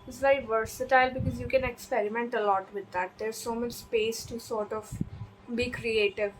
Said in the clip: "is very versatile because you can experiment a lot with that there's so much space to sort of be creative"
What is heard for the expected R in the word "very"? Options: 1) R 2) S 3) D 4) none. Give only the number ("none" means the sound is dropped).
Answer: 4